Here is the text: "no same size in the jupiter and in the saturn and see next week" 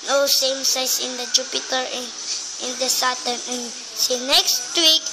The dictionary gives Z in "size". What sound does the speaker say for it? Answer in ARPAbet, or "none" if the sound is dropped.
S